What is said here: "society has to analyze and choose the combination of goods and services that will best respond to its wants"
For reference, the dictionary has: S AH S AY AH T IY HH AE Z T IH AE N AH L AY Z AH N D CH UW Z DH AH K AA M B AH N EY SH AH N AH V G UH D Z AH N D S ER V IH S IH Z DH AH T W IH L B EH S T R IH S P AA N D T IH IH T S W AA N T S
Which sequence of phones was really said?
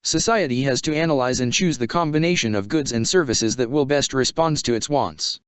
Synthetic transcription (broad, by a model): S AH S AY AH T IY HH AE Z T IH AE N AH L AY Z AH N CH UW Z DH AH K AA M B AH N EY SH AH N AH V G UH D Z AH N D S ER V IH S IH Z DH AH T W IH L B EH S T R IH S P AA N D T IH IH T S W AA N T S